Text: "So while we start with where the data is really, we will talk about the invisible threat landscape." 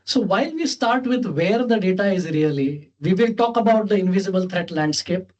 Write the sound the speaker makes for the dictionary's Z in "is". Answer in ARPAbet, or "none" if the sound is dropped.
Z